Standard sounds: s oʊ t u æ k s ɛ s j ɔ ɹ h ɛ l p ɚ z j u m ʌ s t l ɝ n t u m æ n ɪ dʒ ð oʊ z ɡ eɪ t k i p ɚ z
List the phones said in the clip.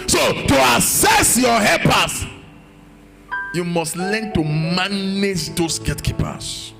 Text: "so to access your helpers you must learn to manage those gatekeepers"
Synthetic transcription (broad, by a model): s oʊ t u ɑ s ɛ s j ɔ h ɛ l p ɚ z j u m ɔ s t l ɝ n t u m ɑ n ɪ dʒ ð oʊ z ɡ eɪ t k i p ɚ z